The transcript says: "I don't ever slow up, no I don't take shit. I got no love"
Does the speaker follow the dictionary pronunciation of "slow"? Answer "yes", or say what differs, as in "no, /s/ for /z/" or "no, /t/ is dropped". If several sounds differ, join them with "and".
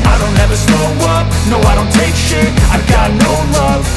no, /l/ is dropped